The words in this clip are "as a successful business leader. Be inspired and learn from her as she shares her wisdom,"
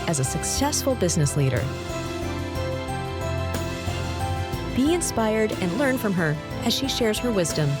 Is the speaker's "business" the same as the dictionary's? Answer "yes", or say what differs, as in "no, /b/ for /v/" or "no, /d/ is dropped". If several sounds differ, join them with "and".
yes